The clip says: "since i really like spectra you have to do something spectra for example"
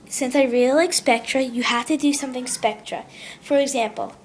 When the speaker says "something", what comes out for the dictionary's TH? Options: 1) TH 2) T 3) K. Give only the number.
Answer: 1